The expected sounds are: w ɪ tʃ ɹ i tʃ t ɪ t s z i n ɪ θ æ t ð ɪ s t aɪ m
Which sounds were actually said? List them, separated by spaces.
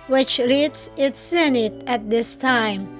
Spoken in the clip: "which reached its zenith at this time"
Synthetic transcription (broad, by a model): w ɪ tʃ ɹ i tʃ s ɪ t s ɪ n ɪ t æ t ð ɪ s t aɪ m